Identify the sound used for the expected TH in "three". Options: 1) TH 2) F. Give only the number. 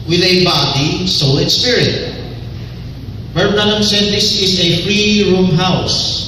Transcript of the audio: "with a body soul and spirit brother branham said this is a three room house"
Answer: 2